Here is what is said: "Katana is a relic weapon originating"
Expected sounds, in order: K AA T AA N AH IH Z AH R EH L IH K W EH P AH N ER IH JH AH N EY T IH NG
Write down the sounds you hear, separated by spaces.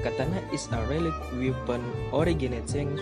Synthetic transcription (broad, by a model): K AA T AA N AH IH S AH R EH L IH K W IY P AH N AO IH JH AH N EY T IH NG